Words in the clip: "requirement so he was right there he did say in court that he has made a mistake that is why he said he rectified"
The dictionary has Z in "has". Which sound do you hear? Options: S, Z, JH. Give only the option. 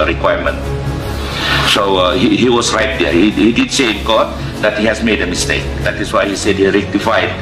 S